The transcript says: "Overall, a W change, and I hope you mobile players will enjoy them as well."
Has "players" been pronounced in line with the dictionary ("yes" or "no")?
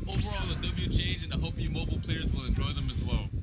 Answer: yes